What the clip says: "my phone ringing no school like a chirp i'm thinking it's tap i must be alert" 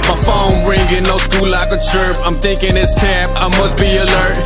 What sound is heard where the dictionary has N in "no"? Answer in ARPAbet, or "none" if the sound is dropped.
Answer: L